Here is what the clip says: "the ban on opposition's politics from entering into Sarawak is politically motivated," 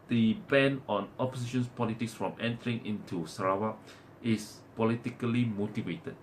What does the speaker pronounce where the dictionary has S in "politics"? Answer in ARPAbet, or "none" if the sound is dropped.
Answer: S